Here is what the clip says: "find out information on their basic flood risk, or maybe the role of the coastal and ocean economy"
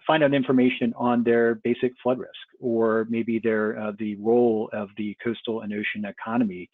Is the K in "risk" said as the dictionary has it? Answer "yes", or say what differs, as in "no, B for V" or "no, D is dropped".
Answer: yes